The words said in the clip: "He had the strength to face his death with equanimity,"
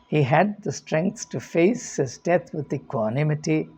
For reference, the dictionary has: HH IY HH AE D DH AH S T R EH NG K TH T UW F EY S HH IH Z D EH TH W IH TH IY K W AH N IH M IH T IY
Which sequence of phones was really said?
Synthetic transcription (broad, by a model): HH IY HH AE D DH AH S T R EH NG K S T UW F EY S HH IH Z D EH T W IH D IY K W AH N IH M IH T IY